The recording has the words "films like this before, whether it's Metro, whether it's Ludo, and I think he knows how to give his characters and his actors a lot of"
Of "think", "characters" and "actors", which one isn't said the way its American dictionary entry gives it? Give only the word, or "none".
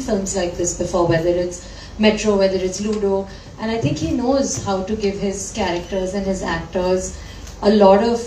think